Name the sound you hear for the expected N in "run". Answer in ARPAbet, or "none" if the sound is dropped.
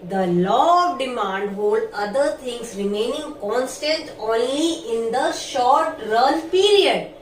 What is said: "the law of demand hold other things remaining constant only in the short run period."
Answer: L